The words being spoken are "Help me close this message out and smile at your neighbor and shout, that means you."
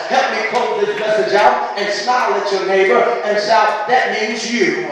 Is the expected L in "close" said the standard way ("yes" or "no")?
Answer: no